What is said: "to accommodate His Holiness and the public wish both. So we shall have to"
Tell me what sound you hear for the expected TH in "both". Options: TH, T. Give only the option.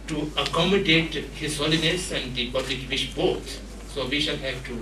T